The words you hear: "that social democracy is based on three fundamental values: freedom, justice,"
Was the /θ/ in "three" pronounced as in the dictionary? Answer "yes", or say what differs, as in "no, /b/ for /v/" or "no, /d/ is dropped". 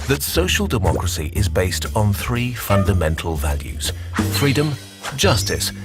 yes